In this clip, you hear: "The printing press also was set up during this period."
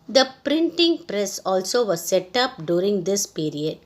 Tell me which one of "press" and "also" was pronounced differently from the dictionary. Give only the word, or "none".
none